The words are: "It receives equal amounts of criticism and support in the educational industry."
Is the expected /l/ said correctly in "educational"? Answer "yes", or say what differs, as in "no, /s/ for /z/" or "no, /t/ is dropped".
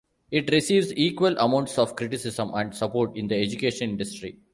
no, /n/ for /l/